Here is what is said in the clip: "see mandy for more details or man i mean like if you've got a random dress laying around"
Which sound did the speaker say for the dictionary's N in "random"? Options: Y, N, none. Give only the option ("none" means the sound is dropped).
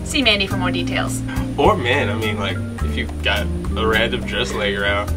none